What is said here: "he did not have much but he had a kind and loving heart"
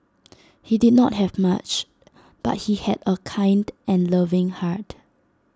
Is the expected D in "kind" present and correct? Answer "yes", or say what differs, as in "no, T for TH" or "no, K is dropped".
yes